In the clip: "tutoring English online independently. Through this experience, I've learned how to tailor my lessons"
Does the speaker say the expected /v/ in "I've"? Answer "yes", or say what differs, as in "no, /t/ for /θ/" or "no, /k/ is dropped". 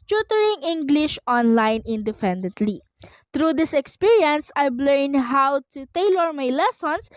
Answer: no, /b/ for /v/